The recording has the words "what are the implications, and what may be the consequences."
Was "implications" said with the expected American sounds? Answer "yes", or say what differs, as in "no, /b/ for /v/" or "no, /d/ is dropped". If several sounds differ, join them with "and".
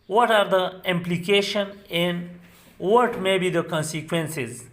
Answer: no, /z/ is dropped